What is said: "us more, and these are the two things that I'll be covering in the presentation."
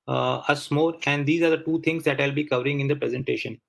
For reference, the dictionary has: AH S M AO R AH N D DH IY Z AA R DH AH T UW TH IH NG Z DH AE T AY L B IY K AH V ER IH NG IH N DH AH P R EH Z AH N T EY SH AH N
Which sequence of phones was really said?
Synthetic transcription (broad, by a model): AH S M AO R AH N D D IY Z AA R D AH T UW T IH NG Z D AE T AY L B IY K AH V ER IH NG IH N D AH P R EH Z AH N T EY SH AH N